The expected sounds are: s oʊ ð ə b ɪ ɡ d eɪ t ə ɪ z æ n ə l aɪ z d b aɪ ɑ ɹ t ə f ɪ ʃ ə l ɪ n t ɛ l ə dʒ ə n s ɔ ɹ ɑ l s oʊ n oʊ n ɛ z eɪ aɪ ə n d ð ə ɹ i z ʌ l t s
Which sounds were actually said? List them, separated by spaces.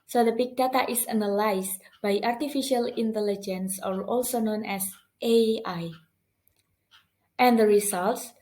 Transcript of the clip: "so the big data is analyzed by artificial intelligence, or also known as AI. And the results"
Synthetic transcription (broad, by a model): s oʊ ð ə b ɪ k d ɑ t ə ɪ s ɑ n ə l aɪ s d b aɪ ɑ ɹ t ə f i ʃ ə l ɪ n t ɛ l ə dʒ ə n s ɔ ɹ ɑ l s oʊ n oʊ n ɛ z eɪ aɪ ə n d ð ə ɹ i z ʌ l t s